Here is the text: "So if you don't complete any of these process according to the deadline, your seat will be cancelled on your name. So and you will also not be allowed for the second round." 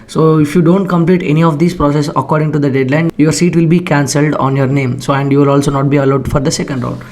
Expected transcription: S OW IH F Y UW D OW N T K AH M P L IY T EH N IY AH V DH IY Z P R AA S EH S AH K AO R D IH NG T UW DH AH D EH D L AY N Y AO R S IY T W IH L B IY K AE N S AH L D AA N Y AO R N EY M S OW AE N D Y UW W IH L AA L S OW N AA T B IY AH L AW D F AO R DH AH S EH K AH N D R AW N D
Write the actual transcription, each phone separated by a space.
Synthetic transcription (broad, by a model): S OW IH F Y UW D OW N T K AH M P L IY T EH N IY AH V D IY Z P R AA S EH S AH K AO R D IH NG T UW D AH D EH D L AY N Y AO R S IY T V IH L B IY K AE N S AH L D AA N Y AO R N EY M S OW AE N D Y UW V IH L AA L S OW N AA T B IY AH L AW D F AO R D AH S EH K AH N D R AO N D